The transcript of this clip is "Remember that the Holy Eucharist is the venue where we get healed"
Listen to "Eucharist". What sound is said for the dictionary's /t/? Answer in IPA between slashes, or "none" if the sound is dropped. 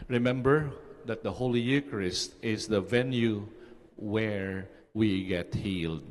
/t/